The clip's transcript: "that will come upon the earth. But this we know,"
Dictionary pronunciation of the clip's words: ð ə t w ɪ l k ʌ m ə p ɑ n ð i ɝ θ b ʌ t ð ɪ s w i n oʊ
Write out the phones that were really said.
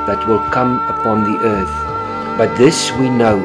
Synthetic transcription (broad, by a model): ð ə t w ɪ l k ʌ m ə p ɑ n ð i ɝ θ b ʌ t ð ɪ s w i n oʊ